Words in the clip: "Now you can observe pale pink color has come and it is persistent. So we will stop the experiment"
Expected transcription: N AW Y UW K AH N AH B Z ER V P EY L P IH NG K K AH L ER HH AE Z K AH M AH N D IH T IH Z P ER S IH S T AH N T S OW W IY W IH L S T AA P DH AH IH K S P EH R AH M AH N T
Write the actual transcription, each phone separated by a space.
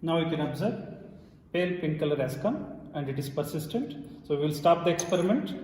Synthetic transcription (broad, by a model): N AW Y UW K AH N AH B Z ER B P EY L P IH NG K K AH L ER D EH S K AH M AH N D IH T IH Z P ER S IH S T AH N T S OW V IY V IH L S T AA P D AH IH K S P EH R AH M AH N T